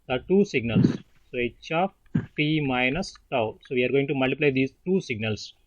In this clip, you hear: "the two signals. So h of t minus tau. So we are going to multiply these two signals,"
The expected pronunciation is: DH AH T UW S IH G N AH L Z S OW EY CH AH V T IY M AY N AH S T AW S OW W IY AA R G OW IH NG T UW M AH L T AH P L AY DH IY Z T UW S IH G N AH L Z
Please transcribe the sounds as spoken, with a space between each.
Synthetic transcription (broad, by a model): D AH T UW S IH G N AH L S S OW EY CH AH P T IY M AY N AH S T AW S OW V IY AA R G OW IH NG T UW M AH L T AH P L AY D IY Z T UW S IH G N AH L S